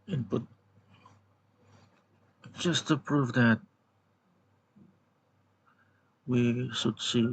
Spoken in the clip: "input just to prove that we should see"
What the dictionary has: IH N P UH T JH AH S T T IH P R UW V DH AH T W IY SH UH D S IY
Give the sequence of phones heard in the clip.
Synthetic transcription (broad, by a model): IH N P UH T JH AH S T T IH P R UW V DH AH T W IY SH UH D S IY